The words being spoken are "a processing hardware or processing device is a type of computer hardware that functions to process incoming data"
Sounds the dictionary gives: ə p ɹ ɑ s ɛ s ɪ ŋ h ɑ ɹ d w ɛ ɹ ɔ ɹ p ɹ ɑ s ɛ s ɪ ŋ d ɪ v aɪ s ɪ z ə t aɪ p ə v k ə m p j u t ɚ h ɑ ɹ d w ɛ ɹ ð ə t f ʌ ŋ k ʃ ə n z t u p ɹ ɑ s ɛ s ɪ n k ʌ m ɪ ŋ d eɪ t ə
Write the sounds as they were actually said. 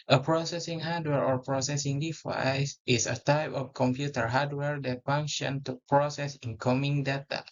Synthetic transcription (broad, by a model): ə p ɹ ɑ s ɛ s ɪ ŋ h ɑ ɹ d w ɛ ɹ ɔ ɹ p ɹ ɑ s ɛ s ɪ ŋ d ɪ f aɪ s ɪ s ə t aɪ p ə f k ə m p j u t ɚ h ɑ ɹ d w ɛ ɹ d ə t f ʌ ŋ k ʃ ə n t u p ɹ ɑ s ɛ s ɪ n k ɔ m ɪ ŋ d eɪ t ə